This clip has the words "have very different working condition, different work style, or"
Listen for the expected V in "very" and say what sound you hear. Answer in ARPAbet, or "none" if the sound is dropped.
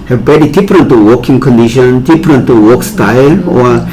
B